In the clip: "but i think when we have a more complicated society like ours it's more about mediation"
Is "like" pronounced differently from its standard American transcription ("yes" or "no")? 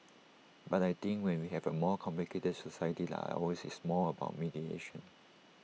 yes